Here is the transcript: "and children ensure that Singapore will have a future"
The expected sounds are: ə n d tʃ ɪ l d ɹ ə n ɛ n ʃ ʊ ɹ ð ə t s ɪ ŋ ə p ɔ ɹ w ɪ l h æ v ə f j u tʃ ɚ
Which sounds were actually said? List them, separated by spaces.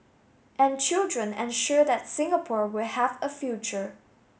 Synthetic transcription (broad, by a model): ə n tʃ ɪ l d ɹ ə n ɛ n ʃ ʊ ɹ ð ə t s ɪ ŋ ə p ɔ ɹ w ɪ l h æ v ə f j u tʃ ɚ